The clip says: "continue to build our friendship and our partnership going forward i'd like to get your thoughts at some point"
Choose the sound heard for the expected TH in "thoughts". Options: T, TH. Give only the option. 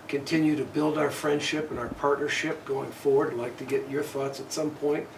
TH